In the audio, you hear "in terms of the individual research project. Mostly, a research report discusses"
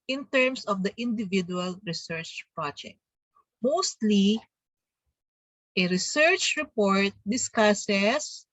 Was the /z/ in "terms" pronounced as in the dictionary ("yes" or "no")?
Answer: no